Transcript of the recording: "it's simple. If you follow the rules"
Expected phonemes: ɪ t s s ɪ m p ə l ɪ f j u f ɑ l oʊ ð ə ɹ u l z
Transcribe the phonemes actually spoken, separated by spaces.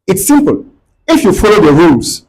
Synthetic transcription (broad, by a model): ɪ t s s ɪ m p ə l ɪ f j u f ɑ l oʊ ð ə ɹ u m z